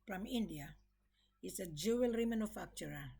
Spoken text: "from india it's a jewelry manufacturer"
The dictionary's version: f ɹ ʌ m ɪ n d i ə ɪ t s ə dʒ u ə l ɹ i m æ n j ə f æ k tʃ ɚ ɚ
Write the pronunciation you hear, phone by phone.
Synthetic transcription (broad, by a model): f ɹ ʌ m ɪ n d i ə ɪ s ə dʒ u ə l ɹ i m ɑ n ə f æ k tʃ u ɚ